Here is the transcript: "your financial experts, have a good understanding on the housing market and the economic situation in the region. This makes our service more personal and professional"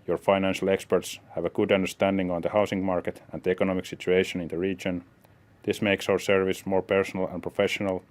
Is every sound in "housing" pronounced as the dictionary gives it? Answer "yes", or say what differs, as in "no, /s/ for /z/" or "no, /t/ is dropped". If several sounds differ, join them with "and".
no, /s/ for /z/